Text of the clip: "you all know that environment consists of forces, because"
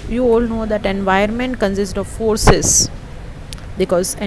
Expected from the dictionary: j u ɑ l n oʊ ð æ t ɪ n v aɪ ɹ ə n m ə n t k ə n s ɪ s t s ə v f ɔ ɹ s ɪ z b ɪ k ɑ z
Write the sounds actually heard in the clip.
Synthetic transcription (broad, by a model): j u ɑ l n oʊ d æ t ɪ n v aɪ ə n m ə n t k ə n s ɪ s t ə v f ɔ ɹ s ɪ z b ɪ k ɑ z